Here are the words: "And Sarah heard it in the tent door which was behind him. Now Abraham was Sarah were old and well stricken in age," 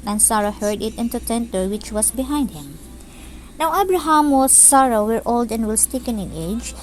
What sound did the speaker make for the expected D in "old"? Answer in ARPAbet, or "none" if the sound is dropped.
D